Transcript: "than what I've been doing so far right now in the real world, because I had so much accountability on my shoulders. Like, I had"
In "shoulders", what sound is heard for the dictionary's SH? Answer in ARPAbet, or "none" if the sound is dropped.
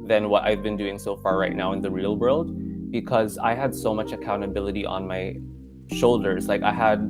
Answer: SH